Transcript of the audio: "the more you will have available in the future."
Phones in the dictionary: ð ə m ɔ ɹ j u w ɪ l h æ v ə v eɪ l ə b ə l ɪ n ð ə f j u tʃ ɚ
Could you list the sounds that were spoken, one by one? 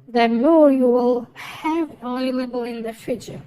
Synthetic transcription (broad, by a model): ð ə m ɔ ɹ j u w ɪ l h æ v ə ɪ l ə b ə l ɪ n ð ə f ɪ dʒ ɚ